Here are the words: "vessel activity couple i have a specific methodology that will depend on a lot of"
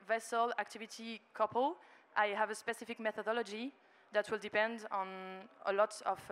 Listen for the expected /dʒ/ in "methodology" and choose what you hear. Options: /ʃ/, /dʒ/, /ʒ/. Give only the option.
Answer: /dʒ/